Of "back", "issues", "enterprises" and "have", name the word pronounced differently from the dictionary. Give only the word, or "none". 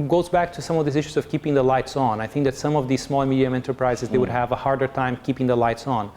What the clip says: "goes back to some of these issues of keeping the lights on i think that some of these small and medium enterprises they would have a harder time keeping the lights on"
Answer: none